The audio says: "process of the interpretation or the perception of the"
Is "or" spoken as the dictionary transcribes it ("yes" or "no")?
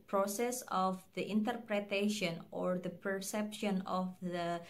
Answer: yes